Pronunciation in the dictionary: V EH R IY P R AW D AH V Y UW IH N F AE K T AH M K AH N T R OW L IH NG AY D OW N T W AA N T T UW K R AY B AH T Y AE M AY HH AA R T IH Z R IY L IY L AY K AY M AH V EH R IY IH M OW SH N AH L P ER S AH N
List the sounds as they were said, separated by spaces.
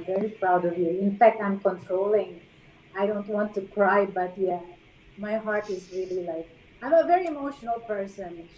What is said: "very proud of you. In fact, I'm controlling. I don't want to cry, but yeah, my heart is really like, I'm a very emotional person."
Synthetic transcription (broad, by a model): V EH R IY P R AW D AH V Y UW IH N F AE K T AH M K AH N T R OW L IH NG AY D OW N T W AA N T T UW K R AY B AH T Y AE M AY HH AA R T IH Z R IY L IY L AY K AY M AH V EH R IY IH M OW SH N AH L P ER S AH N